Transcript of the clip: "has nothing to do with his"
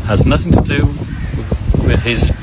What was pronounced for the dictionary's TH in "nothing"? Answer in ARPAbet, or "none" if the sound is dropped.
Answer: TH